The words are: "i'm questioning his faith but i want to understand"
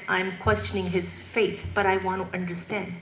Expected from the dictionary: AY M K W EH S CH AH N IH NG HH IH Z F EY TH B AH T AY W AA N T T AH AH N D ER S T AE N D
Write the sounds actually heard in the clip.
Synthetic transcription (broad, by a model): AY M K W EH S CH AH N IH NG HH IH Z F EY TH B AH T AY W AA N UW T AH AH N D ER S T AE N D